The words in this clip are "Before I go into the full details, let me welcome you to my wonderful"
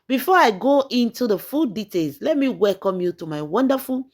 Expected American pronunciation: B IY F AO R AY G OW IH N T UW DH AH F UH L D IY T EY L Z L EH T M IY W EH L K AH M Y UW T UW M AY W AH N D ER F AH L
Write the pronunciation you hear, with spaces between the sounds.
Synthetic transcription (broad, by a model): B IY F AO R AY G OW IH N T UW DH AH F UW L D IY T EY L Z L EH T M IY W EH L K AH M Y UW T UW M AY W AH N D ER F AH L